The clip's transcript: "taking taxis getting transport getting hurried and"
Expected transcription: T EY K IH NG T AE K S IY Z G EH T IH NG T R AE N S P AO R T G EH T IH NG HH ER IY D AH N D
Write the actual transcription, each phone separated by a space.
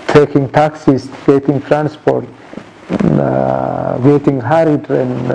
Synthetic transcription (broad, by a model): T EY K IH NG T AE K S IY S G EH T IH NG T R AE N S P AO R T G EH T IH NG HH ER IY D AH N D